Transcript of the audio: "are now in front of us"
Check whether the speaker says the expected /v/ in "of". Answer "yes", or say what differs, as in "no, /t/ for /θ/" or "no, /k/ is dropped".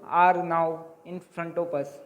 no, /p/ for /v/